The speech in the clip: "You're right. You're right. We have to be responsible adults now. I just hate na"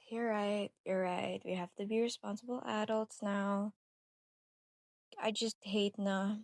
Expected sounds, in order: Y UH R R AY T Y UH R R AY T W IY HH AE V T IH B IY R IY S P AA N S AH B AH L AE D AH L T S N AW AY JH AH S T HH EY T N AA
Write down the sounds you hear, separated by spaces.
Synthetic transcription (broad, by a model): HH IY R R AY T Y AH R R AY T W IY HH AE F T IH B IY R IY S P AA N S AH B L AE D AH L T S N AW AY JH AH S T HH EY T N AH